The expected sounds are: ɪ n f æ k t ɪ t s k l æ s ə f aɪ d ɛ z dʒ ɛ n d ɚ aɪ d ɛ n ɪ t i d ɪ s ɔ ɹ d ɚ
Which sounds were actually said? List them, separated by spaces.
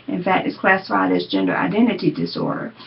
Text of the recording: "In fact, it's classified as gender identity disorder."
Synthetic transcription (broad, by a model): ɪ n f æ t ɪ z k l æ s ə f aɪ d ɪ z dʒ ɛ n d ɚ aɪ d ɛ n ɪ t i d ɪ s ɔ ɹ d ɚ